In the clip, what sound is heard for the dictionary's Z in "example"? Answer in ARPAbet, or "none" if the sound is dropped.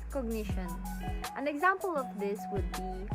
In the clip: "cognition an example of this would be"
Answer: Z